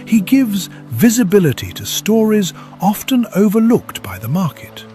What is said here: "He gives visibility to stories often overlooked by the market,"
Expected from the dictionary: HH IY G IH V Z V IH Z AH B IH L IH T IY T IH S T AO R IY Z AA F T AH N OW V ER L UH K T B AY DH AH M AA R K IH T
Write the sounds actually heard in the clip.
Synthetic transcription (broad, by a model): HH IY G IH V Z V IH Z AH B IH L IH T IY T IH S T AO R IY Z AA F T AH N OW V ER L UH K T B AY DH AH M AA R K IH T